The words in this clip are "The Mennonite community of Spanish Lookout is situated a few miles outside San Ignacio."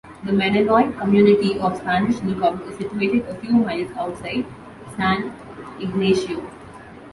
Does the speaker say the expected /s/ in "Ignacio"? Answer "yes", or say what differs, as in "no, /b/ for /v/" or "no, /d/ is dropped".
no, /ʃ/ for /s/